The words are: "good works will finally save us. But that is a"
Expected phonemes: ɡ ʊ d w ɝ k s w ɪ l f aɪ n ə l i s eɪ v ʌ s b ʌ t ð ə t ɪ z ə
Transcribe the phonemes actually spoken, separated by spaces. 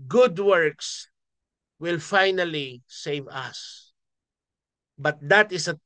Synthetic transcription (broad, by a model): ɡ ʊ d w ɝ k s w ɪ l f aɪ n ə l i s eɪ v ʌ s b ʌ t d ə t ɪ s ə